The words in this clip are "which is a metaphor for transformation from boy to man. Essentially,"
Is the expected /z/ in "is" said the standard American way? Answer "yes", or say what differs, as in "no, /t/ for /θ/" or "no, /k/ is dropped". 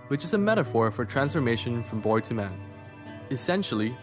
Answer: yes